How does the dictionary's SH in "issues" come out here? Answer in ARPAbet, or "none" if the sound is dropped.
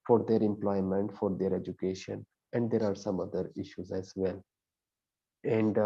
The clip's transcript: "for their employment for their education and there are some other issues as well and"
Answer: SH